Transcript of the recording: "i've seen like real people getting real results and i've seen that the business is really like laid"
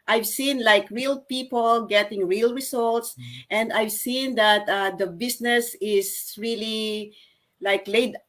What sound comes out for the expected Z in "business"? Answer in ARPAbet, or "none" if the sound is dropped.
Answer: S